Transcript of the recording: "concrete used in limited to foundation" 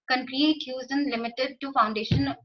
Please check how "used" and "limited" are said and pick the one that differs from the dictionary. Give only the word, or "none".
used